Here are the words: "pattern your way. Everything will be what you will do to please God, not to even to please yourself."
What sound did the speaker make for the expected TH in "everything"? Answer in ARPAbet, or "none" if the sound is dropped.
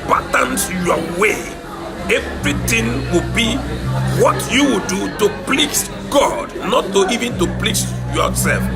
T